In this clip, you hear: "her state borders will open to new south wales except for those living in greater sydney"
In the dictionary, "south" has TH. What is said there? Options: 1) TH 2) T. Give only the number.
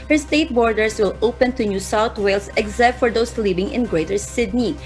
2